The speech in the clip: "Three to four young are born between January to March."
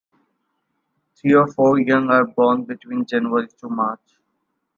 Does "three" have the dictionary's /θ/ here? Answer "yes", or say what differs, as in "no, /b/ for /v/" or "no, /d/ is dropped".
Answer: no, /t/ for /θ/